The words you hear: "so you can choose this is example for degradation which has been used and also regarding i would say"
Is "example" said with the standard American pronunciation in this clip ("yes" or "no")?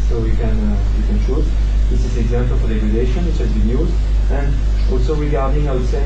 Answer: yes